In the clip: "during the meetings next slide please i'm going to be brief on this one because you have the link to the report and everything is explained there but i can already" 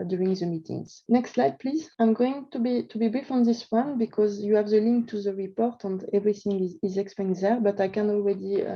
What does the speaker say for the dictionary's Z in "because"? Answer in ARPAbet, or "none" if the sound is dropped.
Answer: Z